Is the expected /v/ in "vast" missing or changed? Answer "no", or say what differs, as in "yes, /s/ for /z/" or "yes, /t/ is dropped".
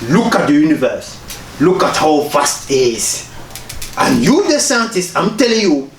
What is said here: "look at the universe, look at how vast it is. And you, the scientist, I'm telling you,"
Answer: yes, /f/ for /v/